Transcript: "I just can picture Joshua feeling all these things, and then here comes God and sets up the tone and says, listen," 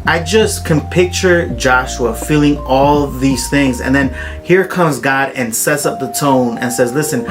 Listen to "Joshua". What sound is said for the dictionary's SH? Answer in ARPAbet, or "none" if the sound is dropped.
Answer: SH